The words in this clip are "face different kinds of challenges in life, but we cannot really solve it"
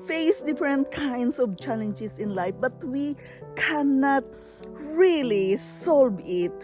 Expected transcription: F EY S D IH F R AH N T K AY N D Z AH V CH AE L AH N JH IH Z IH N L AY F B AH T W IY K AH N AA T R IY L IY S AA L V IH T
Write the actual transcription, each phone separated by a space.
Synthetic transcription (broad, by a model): F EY S D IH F R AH N T K AY N D S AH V CH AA L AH N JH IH S IH N L AY F B AH T W IY K AH N AA T R IY L IY S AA L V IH T